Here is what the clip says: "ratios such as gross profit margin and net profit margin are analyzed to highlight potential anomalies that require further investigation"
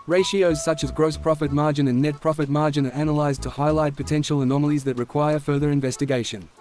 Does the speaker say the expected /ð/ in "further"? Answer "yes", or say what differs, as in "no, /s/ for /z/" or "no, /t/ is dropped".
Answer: yes